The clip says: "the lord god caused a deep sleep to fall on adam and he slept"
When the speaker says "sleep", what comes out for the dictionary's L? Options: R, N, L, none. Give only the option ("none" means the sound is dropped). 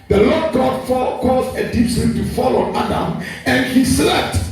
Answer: none